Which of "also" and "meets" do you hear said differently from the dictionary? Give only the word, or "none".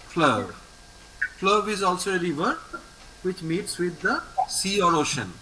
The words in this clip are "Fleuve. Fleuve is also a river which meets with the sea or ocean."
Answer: none